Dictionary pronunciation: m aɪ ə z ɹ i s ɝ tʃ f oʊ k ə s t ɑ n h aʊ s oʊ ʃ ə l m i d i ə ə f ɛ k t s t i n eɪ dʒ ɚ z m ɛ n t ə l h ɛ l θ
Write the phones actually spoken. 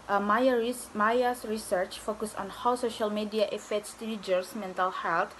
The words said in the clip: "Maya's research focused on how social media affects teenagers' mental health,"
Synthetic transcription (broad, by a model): m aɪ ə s ɹ i s ɝ tʃ f oʊ k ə s ɑ n h aʊ s oʊ ʃ ə l m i d i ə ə f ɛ t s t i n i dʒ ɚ s m ɛ n t ə l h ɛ l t